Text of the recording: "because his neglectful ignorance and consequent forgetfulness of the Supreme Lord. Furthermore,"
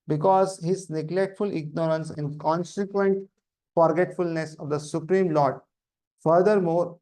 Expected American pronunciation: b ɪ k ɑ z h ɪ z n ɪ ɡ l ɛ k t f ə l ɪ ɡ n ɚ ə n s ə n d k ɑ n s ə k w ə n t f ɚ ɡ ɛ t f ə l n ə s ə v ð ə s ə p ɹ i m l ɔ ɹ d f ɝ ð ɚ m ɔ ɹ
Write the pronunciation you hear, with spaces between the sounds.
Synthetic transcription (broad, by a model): b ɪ k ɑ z h ɪ z n ɪ ɡ l ɛ k t f ə l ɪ ɡ n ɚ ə n s ə n d k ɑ n s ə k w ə n t f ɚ ɡ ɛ t f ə l n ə s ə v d ə s ə p ɹ i m l ɔ ɹ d f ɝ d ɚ m ɔ ɹ